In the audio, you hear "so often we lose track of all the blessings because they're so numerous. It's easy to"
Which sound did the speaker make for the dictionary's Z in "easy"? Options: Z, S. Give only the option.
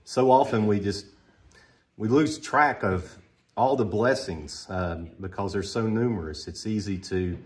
Z